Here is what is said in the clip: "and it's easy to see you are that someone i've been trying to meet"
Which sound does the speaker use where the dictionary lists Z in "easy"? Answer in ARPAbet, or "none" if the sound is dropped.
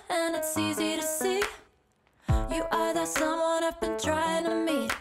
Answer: Z